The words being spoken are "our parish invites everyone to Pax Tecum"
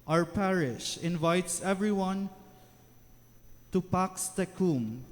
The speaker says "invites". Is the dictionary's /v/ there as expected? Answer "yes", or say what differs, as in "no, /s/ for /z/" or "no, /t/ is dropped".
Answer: yes